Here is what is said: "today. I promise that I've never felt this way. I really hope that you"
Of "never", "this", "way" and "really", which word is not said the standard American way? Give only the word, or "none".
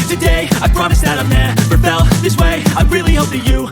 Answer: never